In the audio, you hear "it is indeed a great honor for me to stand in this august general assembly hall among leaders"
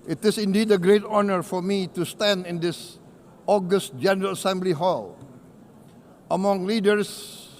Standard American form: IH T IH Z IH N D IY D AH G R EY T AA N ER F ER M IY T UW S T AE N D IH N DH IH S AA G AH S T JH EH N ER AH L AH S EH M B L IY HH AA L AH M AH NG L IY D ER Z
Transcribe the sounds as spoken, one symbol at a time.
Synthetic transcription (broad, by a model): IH T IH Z IH N D IY D AH G R EY T AA N ER F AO M IY T UW S T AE N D IH N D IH S AA G AH S T JH EH N ER AH L AH S EH M B L IY HH AA L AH M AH NG L IY D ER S